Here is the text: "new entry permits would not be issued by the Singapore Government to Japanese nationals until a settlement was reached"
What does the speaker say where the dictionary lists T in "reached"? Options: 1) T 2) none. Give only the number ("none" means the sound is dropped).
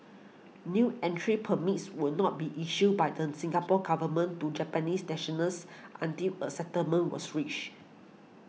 2